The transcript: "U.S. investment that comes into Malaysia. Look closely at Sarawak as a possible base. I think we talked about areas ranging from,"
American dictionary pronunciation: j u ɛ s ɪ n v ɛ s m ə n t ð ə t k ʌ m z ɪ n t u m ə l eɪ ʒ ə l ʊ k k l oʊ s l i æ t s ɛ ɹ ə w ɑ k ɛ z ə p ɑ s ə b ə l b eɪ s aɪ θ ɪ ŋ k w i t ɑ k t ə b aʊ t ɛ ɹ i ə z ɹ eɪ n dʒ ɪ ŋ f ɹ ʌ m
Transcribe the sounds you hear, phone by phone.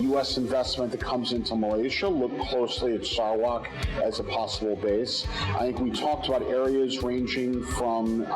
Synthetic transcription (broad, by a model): j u ɛ s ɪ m v ɛ s m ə n ð ə t k ʌ m z ɪ n t u m ə l eɪ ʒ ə l ʊ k k l oʊ s l i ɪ t s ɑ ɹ w ɑ k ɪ z ə p ɑ s ə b l b eɪ s aɪ θ ɪ ŋ k w i t ɑ k t ə b aʊ t ɛ ɹ i ə z ɹ eɪ n dʒ ɪ ŋ f ɹ ʌ m